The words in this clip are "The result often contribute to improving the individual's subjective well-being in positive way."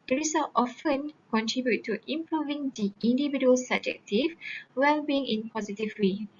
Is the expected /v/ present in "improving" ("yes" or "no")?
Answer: yes